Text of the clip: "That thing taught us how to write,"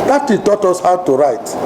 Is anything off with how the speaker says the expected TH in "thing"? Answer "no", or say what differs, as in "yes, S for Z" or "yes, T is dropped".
yes, T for TH